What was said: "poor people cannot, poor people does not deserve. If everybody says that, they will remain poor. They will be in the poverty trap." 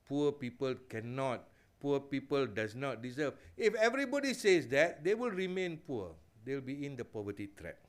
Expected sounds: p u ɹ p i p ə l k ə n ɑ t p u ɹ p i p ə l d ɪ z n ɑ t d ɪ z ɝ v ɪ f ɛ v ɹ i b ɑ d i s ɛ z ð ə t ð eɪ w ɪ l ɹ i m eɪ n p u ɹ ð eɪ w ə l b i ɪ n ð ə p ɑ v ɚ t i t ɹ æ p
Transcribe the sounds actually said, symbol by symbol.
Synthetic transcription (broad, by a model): p u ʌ p i p ə l k ə n ɑ t p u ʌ p i p ə l d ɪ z n ɑ t d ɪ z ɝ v ɪ f ɛ v ɹ i b ɑ d i s ɛ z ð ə t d eɪ w ɪ l ɹ i m eɪ n p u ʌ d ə l b i ɪ n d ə p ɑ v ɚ t i t ɹ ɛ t